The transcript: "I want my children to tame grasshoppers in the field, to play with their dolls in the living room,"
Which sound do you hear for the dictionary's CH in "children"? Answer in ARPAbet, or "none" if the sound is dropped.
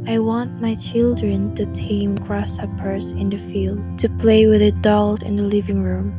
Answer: CH